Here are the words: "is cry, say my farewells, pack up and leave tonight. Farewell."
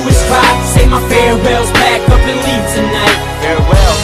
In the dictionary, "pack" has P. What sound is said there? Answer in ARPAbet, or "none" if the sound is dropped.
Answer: B